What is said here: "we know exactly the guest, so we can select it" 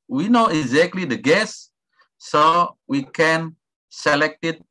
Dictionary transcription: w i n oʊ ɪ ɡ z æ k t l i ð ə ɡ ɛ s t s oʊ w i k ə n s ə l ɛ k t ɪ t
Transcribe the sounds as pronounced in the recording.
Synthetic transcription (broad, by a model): w i n oʊ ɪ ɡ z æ k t l i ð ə ɡ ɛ s s oʊ w i k ə n s ə l ɛ k t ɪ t